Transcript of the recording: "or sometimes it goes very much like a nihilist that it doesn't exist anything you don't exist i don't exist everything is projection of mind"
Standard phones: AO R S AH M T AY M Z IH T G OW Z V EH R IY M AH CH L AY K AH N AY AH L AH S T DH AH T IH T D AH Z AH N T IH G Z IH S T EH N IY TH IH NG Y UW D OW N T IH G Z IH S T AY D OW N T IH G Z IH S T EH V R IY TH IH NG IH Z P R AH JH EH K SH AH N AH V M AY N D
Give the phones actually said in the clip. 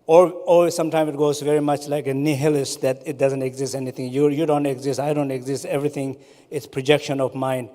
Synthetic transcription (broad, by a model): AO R S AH M T AY M IH T G OW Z V EH R IY M AH CH L AY K AH N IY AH L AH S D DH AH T IH T D AH Z AH N T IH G Z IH S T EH N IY T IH NG Y UW D OW N T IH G Z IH S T AY D OW N T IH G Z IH S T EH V R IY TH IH NG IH S P R AH JH EH K SH AH N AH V M AY N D